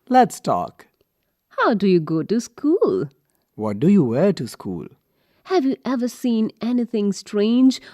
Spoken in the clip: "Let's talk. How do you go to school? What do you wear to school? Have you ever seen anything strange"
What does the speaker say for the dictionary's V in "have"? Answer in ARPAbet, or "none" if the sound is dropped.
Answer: V